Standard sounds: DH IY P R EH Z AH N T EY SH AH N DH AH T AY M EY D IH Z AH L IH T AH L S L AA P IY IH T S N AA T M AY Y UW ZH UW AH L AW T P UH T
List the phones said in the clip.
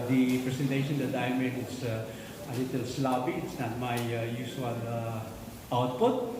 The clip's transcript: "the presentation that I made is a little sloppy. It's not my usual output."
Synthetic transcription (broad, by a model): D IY P R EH S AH N T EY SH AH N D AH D AY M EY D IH S AH L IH T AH L S L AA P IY IH T S N AA T M AY Y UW S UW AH L AW T P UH T